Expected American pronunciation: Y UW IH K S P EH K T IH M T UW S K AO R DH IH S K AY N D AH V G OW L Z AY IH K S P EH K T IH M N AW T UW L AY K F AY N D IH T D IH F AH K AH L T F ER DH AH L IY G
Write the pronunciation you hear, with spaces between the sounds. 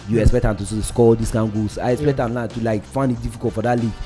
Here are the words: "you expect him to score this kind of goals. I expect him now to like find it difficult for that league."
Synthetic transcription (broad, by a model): Y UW IH K S P EH K T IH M T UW S K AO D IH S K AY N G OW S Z AY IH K S P EH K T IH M L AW T UW L AY K F AY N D IH T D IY F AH K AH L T F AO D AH L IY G